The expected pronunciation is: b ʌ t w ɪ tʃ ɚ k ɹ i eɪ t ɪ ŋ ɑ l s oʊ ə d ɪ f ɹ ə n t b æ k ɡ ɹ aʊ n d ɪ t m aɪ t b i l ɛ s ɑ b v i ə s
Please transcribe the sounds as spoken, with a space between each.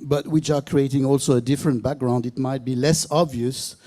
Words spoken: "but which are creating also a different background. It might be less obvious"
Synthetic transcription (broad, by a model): b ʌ t w ɪ tʃ ɚ k ɹ i eɪ t ɪ ŋ ɑ l s oʊ ə d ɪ f ɹ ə n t b æ k ɡ ɹ aʊ n d ɪ t m aɪ t b i l ɛ s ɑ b v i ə s